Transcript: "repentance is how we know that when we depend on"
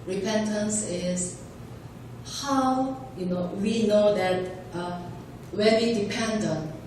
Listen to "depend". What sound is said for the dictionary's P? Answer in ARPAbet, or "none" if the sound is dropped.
P